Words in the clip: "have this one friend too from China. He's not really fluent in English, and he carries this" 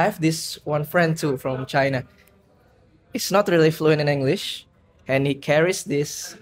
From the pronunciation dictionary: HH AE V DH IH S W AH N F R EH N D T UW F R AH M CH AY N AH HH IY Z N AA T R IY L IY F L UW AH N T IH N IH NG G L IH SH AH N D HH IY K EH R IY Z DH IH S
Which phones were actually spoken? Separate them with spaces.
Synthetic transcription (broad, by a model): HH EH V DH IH S W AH N F R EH N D T UW F R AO M CH AY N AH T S N AA T R IY L IY F L UW AH N T IH N IH NG G L IH SH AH N HH IY K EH R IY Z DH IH S